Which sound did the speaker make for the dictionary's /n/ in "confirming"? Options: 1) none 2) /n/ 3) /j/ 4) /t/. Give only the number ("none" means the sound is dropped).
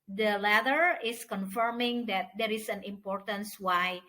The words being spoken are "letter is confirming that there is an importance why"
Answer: 2